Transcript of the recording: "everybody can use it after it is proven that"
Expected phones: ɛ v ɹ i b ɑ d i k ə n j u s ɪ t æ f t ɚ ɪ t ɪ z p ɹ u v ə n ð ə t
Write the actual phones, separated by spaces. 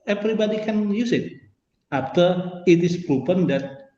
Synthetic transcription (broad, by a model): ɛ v ɹ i b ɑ d i k ə n j u s ɪ t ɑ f t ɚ ɪ t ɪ s p ɹ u p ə n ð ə t